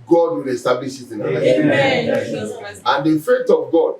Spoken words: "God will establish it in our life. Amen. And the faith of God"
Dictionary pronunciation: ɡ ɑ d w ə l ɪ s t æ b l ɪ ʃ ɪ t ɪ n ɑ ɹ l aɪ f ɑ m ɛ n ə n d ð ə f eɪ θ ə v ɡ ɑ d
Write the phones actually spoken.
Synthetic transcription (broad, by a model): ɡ ɑ d w ə l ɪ s t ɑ b l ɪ ʃ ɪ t ɪ n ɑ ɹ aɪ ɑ ɛ ə n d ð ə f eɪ t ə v ɡ ɑ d